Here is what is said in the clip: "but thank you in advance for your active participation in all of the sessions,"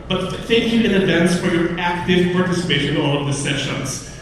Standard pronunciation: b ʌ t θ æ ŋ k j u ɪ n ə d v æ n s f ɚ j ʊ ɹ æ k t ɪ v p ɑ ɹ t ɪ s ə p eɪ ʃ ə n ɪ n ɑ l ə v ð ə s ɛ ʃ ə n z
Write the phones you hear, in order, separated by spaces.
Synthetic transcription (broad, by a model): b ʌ t θ æ ŋ k j u ɪ n ə d v æ n s f ɚ j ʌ ɹ æ k t ɪ v p ɑ ɹ t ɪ s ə p eɪ ə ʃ ɪ n ɑ l ə v ð ə s ɛ ʃ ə n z